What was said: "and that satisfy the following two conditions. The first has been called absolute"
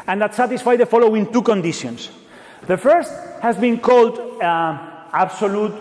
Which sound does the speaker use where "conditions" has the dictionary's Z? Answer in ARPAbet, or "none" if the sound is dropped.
S